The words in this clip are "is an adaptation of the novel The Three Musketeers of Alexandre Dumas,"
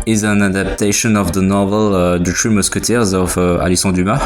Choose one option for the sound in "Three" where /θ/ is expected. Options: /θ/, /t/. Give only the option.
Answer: /t/